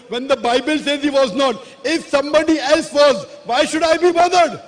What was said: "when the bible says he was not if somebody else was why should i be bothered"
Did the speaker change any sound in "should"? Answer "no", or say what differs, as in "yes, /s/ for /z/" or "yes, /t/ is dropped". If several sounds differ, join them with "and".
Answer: no